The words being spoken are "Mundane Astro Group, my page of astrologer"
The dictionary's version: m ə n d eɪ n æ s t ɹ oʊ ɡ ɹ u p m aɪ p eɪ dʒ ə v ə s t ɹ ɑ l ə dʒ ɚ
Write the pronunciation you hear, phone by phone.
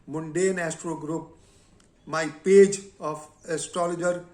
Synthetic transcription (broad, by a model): m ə n d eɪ n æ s t ɹ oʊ ɡ ɹ u p m aɪ p eɪ dʒ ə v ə s t ɹ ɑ l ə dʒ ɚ